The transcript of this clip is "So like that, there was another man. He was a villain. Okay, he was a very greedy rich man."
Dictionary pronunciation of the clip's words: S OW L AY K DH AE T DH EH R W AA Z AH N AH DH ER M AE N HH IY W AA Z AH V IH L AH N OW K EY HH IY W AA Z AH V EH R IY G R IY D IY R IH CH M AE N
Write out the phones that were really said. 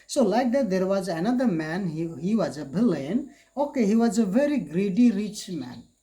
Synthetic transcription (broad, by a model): S OW L AY K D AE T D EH R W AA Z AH N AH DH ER M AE N HH IY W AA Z AH B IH L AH N OW K EY HH IY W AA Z AH V EH R IY G R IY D IY R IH CH M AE N